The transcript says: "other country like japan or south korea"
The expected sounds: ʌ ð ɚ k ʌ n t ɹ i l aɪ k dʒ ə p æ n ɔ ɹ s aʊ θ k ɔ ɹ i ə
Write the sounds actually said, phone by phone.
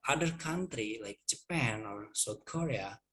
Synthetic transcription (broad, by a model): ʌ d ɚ k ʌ n t ɹ i l aɪ k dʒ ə p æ n ɔ ɹ s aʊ t k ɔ ɹ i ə